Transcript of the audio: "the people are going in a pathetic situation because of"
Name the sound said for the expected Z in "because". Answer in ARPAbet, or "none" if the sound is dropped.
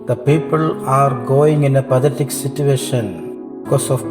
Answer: S